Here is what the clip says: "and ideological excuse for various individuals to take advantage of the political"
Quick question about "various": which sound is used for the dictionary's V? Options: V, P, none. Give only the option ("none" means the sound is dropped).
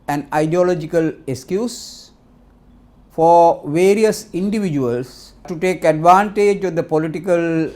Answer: V